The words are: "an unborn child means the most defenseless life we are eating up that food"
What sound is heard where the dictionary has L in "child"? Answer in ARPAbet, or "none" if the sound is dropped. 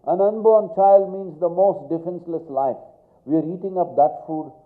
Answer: L